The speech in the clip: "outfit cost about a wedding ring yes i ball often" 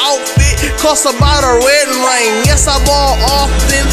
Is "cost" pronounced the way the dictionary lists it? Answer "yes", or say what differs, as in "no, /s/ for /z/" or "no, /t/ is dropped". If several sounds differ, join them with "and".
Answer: no, /t/ is dropped